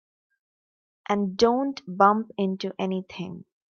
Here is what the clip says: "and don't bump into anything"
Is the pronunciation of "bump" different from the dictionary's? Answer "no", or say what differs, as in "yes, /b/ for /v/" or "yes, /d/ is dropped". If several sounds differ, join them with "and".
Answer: no